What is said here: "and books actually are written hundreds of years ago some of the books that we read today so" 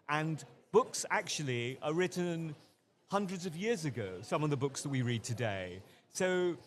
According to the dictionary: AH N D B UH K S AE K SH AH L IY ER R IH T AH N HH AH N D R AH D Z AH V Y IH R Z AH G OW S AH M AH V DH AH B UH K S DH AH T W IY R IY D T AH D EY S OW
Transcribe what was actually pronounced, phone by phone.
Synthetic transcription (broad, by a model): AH N B UH K S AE K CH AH L IY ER R IH T N HH AH N D R AH D Z AH V Y IH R Z AH G OW S AH M AH V DH AH B UH K S DH AH T W IY R IY D T AH D EY S OW